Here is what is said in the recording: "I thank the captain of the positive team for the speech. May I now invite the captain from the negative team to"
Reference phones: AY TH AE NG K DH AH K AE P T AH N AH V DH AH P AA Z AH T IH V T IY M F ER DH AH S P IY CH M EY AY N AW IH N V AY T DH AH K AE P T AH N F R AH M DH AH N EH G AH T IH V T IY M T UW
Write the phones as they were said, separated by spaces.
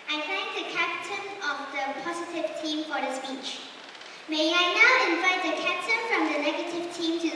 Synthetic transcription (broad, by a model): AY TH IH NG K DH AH K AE P T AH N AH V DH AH P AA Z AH T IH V T IY M F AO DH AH S P IY CH M EY AY N AW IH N V AY T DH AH K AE P T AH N F R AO M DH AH N EH G AH T IH V T IY M T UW